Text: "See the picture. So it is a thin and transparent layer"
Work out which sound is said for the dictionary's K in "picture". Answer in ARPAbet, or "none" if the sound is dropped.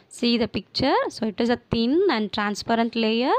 K